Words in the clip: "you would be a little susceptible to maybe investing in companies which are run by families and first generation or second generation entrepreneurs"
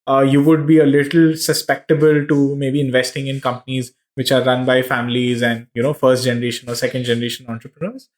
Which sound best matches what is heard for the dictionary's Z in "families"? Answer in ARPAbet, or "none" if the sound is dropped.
Z